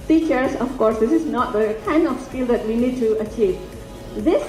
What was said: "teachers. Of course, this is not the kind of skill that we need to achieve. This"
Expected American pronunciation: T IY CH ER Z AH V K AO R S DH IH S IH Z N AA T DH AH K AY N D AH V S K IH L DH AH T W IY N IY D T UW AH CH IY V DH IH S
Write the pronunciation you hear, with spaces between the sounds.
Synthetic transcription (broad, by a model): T IY CH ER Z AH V K AO R S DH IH S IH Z N AA T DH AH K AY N AH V S K IH L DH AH T W IY N IY D T UW AH CH IY V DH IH S